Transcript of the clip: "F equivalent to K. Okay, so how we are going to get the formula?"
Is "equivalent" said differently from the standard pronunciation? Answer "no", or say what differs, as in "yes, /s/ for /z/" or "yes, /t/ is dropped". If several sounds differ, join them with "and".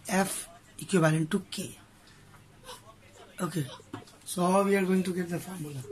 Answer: yes, /b/ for /v/